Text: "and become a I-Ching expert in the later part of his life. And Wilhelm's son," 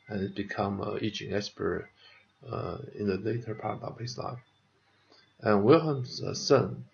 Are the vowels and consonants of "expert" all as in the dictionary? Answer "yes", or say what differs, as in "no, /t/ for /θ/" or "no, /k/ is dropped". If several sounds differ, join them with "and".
no, /k/ is dropped